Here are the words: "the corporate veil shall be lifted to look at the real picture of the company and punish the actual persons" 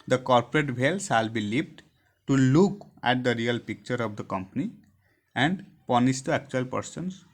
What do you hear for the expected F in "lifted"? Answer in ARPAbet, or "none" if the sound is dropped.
P